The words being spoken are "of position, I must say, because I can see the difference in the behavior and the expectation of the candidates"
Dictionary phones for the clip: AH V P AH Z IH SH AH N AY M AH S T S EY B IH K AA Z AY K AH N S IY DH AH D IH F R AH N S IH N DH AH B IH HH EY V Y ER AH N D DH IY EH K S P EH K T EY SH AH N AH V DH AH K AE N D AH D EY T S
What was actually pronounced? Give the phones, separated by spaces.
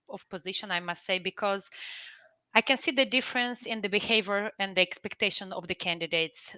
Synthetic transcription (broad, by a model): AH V P AH Z IH SH AH N AY M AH S T S EY B IH K AA Z AY K AH N S IY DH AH D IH F R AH N S IH N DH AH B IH HH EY V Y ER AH N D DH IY EH K S P EH K T EY SH AH N AH V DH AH K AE N D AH D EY T S